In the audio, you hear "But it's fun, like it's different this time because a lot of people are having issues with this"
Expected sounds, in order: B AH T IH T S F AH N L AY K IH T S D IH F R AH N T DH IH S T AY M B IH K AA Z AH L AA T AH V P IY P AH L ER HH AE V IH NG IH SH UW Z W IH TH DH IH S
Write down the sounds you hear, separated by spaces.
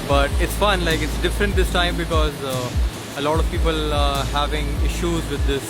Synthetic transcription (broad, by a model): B AH T IH T S F AH N L AY K IH T S D IH F R AH N T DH IH S T AY M B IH K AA Z AH L AA T AH V P IY P AH L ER HH AE V IH NG IH SH UW Z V IH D IH S